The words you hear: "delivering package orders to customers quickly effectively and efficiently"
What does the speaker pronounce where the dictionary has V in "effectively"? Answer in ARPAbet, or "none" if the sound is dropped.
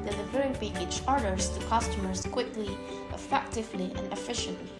V